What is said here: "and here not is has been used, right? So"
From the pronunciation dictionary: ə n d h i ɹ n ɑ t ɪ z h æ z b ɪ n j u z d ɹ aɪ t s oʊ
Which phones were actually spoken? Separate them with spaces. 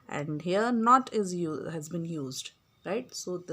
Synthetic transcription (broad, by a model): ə n d h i ɹ n ɑ t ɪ z h æ z b ɪ n j u z d ɹ aɪ t s oʊ